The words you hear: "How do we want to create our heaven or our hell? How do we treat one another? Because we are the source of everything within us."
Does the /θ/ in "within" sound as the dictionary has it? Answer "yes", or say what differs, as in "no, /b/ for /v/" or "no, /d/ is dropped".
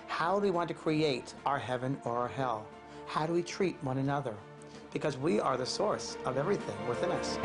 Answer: yes